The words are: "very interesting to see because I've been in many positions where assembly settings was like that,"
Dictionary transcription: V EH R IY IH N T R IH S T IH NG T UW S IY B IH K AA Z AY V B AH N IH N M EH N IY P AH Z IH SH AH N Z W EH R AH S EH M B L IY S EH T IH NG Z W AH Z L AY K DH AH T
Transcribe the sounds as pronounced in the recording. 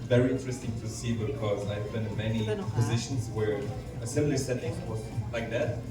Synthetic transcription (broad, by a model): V EH R IY IH N T R IH S T IH NG T UW S IY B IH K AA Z AY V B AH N IH N M EH N IY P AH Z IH SH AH N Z W EH R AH S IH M L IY S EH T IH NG W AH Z L AY K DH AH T